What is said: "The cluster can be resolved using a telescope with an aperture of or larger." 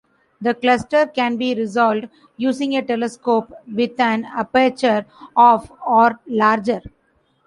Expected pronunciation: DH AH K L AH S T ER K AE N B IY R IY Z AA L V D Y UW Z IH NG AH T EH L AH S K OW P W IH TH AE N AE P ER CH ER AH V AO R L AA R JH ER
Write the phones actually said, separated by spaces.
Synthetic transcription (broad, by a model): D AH K L AH S T ER K AE N B IY R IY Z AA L D Y UW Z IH NG AH T EH L AH S K OW P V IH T AE N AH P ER CH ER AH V AO R L AA R JH ER